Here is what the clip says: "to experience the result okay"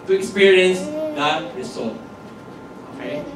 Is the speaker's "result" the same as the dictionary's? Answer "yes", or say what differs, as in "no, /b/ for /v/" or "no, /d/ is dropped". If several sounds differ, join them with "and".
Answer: no, /s/ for /z/ and /l/ is dropped